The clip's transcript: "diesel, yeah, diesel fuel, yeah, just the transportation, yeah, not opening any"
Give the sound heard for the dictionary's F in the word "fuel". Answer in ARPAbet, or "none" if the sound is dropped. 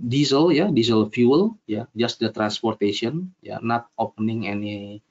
F